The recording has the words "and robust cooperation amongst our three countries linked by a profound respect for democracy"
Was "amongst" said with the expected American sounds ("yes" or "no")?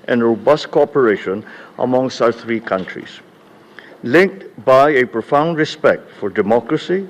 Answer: no